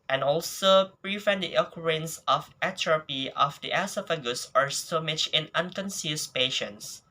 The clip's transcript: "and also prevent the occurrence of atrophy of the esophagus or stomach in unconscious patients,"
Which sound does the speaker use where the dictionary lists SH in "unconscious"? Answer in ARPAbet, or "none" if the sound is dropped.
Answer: S